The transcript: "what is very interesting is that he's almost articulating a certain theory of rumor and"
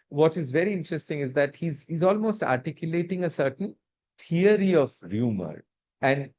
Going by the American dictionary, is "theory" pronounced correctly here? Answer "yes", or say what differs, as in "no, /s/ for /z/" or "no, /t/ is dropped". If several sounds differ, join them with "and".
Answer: no, /t/ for /θ/